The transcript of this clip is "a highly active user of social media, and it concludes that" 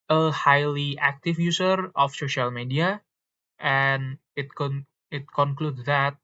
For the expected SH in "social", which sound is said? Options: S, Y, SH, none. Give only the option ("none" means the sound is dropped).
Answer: SH